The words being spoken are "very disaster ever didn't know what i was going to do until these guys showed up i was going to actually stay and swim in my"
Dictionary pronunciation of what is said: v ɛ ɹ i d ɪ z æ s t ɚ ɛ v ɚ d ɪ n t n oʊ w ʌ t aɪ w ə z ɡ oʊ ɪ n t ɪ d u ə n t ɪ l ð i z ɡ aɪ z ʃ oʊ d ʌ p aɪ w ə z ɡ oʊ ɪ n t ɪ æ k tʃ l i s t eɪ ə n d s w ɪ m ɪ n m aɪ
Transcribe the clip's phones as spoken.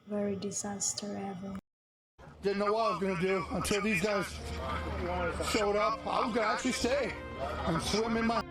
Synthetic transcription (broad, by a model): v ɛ ɹ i d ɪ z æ s t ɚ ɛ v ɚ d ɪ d n oʊ w ʌ t aɪ w ə z ɡ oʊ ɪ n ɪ d u ə n t ɪ l ð i z ɡ aɪ z ʃ oʊ d ʌ p aɪ w ə z ɡ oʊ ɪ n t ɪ æ k tʃ l i s t eɪ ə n s w ɪ m ɪ n m aɪ